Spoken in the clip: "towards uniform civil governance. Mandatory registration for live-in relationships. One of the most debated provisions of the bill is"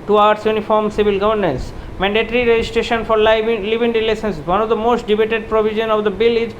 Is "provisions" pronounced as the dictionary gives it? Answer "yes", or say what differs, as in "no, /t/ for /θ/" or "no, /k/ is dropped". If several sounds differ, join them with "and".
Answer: no, /z/ is dropped